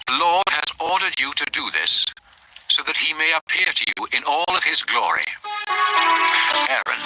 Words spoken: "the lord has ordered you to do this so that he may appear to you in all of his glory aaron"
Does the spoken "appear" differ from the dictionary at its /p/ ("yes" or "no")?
no